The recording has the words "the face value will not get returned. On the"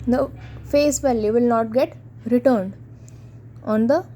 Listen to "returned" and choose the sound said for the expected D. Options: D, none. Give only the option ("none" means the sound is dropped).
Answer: D